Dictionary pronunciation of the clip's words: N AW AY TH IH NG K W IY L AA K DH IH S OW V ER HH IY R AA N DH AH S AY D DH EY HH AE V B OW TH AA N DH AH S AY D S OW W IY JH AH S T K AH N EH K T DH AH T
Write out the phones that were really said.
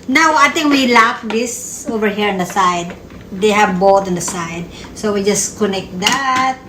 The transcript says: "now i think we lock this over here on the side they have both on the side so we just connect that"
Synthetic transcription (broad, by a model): N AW AY T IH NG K W IY L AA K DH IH S OW V ER HH IY R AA N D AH S AY D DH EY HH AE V B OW T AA N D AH S AY D S OW W IY JH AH S K AH N EH K T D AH T